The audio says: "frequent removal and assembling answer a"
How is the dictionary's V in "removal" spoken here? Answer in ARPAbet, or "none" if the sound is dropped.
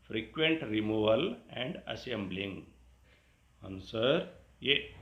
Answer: V